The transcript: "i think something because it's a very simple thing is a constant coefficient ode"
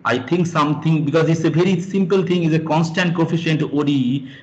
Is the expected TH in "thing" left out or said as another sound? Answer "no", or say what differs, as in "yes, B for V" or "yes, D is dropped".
yes, T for TH